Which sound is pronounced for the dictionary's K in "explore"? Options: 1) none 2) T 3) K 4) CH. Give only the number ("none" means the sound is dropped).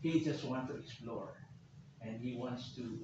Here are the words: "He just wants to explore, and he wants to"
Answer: 1